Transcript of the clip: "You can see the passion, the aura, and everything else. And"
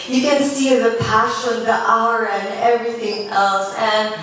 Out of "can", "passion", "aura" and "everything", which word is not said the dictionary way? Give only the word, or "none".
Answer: aura